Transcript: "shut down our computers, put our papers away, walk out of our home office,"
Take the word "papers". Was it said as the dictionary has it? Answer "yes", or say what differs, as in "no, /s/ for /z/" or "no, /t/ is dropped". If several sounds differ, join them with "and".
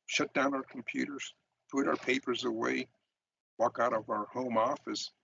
yes